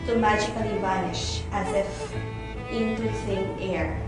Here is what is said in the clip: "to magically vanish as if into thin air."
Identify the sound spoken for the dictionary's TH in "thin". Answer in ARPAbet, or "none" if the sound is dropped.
S